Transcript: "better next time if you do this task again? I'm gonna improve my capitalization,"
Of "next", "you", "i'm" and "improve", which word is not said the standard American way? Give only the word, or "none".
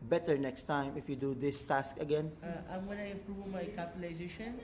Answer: improve